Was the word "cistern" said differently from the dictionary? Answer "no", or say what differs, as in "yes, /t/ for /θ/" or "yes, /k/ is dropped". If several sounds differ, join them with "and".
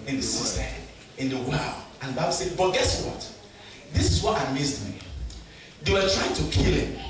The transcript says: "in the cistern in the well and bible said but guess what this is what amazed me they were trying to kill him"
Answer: yes, /n/ is dropped